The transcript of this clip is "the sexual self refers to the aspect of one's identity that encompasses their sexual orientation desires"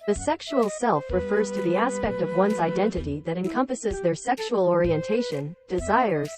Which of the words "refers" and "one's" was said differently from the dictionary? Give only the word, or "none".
none